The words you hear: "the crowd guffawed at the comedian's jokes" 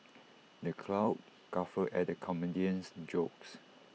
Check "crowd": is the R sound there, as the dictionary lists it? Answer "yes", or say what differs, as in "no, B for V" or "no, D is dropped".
no, L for R